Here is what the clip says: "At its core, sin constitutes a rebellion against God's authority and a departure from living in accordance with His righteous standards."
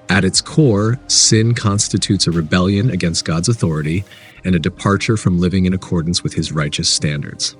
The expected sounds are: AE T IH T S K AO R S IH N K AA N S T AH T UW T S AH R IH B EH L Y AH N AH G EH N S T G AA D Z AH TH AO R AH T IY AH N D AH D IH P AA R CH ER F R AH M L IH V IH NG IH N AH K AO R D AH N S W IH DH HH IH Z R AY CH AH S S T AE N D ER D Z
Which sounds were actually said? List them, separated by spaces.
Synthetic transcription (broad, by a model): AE T IH T S K AO R S IH N K AA N S T AH T UW T S AH R IH B EH L Y AH N AH G EH N S T G AA D Z AH TH AO R AH T IY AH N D AH D IH P AA R CH ER F R AH M L IH V IH NG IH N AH K AO R D N S W IH DH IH Z R AY CH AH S S T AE N D ER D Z